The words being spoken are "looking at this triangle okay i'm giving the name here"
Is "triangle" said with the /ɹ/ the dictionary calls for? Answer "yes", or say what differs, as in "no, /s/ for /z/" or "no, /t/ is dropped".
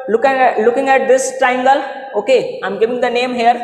no, /ɹ/ is dropped